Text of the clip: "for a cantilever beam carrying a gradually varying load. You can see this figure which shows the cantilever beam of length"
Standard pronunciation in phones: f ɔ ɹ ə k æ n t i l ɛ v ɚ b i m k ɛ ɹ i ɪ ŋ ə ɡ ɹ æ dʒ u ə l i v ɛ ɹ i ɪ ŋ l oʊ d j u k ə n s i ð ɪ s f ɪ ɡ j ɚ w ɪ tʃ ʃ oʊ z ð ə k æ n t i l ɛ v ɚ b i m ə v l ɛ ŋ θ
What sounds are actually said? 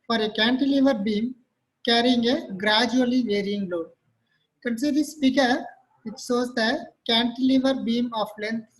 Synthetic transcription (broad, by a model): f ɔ ɹ ə k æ n t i l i v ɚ b i m k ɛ ɹ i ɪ ŋ ə ɡ ɹ æ dʒ u ə l i v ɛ ɹ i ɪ ŋ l oʊ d k ə n s i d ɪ s p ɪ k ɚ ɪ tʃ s oʊ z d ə k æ n t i l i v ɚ b i m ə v l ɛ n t